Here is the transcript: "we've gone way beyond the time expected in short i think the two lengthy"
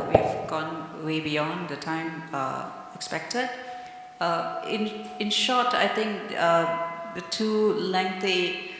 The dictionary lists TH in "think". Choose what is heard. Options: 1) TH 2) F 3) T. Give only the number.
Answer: 3